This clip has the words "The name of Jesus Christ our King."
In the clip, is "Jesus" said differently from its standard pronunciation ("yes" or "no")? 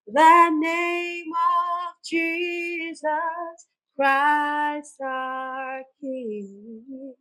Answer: no